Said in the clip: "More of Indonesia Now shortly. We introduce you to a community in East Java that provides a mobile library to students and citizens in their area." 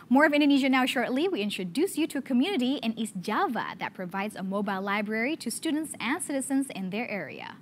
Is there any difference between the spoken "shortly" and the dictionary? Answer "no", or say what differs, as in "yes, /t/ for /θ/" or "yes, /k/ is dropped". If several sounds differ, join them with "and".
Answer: no